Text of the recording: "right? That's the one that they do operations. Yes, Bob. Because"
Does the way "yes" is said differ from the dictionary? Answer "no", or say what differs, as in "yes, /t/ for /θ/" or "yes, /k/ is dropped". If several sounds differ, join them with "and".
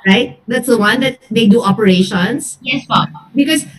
no